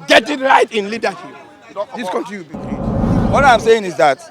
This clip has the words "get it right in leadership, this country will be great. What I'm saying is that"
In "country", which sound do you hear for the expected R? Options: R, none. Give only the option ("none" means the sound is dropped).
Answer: none